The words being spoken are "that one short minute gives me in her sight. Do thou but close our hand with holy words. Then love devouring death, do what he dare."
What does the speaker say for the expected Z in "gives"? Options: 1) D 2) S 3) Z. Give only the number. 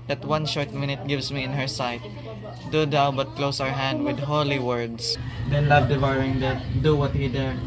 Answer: 2